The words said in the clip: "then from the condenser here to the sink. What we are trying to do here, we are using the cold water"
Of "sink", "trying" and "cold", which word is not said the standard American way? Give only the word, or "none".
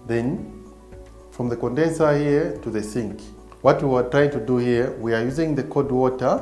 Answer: cold